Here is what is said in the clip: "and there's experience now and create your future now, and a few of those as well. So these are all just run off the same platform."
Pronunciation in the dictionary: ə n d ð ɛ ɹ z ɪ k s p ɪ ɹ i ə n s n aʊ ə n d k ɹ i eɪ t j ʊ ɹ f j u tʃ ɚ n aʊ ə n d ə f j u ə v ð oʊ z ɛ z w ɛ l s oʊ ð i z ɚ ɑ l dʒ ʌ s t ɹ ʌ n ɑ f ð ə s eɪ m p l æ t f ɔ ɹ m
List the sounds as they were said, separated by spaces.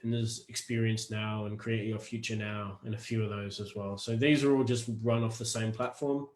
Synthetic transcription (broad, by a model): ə n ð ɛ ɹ z ɪ k s p ɪ ɹ i ə n s n aʊ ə n k ɹ i eɪ t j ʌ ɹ f j u tʃ ɚ n aʊ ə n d ə f j u ə v ð oʊ z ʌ z w ɛ l s oʊ ð i z ɚ ɑ l dʒ ʌ s t ɹ ʌ n ɑ f ð ə s eɪ m p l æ t f ɔ ɹ m